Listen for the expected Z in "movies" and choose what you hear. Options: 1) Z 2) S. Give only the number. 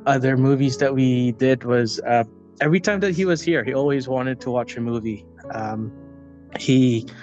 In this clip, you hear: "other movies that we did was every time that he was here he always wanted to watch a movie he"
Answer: 1